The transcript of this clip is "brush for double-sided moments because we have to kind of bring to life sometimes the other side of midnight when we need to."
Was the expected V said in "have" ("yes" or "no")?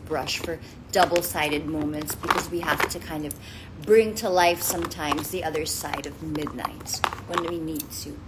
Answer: no